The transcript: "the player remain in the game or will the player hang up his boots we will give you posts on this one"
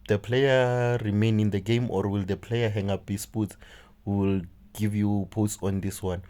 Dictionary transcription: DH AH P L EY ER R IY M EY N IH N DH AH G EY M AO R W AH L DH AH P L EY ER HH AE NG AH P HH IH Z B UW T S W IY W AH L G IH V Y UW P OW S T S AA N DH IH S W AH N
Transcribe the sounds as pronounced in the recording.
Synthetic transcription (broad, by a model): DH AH P L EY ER R IY M EY N IH N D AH G EY M AO R W AH L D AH P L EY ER HH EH NG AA P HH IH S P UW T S W IY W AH L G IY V Y UW P OW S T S AA N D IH S W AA N